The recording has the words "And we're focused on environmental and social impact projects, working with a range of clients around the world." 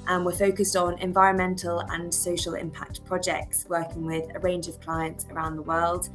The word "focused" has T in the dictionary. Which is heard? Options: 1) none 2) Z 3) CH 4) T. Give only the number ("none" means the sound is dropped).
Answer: 4